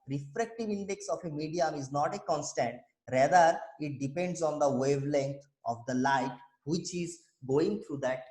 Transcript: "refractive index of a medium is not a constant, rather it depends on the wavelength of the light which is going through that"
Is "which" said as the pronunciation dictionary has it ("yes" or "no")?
yes